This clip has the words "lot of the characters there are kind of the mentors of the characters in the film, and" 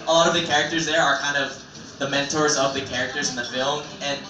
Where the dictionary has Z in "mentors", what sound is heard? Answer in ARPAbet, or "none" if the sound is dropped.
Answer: Z